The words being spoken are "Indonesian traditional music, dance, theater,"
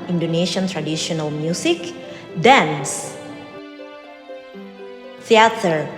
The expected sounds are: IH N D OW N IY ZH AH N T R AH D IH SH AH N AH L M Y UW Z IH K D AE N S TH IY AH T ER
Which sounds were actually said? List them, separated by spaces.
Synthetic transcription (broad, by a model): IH N D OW N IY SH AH N T R AH D IH SH AH N AH L M Y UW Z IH K D AE N S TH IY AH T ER